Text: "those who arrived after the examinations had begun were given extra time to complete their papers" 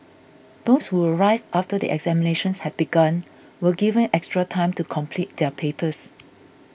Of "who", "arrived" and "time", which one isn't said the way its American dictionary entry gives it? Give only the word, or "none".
arrived